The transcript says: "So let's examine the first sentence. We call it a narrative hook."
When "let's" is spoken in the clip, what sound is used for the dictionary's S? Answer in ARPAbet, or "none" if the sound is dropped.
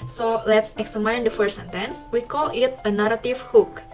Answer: S